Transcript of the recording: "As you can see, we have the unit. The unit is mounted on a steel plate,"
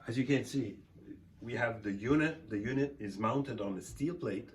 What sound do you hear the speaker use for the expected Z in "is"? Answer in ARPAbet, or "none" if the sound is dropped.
Z